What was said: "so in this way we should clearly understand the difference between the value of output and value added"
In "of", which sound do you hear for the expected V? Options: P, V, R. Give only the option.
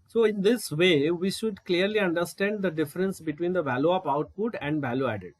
P